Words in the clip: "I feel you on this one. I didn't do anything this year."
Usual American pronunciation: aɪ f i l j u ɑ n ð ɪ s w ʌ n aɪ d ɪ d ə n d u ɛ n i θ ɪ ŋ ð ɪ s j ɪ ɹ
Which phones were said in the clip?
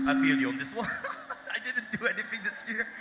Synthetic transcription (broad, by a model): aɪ f i l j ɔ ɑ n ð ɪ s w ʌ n aɪ d ɪ d n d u ɛ n i θ ɪ ŋ ð ɪ s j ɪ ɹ